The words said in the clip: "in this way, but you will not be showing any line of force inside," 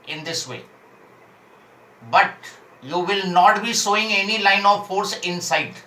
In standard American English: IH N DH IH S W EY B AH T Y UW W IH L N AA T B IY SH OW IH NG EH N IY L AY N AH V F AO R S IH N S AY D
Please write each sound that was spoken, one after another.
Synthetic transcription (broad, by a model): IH N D IH S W EY B AH T Y UW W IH L N AA T B IY S OW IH NG EH N IY L AY N AH V F AO R S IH N S AY D